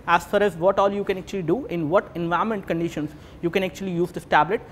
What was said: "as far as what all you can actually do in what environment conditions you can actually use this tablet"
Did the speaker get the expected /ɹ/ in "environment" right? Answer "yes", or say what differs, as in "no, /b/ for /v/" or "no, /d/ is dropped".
no, /ɹ/ is dropped